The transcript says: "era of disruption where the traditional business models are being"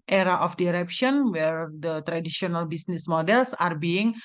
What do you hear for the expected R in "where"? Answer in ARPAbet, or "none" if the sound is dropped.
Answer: R